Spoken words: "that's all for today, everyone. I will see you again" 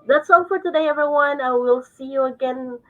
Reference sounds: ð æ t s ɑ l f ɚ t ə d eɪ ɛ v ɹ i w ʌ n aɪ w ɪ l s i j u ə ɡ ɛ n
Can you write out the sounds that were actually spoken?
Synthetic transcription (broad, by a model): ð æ t s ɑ n f ɚ t ə d eɪ ɛ v ɹ i w ʌ n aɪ w ɪ l s i j u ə ɡ ɛ n